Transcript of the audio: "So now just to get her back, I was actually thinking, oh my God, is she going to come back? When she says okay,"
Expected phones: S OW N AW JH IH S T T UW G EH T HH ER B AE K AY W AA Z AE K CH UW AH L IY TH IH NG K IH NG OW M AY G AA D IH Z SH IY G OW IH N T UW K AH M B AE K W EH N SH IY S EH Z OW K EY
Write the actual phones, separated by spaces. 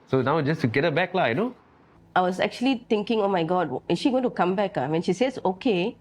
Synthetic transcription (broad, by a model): S OW N AW JH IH S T T UW G EH T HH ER B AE K AY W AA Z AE K CH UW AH L IY T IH NG K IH NG OW M AY G AA D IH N SH IY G OW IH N T UW K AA M B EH K W EH N SH IY S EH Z OW K EY